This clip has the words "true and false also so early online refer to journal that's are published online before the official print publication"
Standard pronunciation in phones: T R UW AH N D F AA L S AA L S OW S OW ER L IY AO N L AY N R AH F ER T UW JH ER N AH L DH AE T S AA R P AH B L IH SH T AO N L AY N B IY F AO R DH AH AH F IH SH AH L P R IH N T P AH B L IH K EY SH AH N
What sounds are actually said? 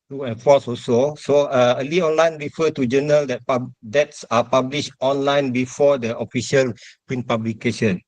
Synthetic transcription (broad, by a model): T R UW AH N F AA S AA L S OW S OW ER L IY AO N L AY N R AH F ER T UW JH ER N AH L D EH T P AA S P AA B L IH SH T AO N L AY N B IY F AO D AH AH F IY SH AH L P R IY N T P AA B L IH K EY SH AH N